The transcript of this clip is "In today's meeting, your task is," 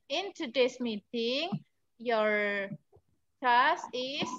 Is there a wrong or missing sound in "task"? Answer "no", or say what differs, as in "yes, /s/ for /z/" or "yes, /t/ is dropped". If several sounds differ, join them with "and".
yes, /k/ is dropped